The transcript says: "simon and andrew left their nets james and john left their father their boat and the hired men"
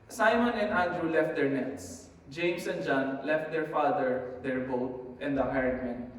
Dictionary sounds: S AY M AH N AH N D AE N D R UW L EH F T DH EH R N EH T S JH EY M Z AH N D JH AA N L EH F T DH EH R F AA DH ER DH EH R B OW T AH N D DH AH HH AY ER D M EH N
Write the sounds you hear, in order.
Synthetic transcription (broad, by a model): S AY M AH N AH N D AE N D R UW L EH F T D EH R N EH T S JH EY M S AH N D JH AA N L EH F T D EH R F AA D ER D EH R B OW T AH N D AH HH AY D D M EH N